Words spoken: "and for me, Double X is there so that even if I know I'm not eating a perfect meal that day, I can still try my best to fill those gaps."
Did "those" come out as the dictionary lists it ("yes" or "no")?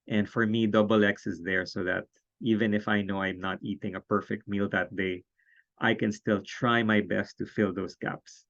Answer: no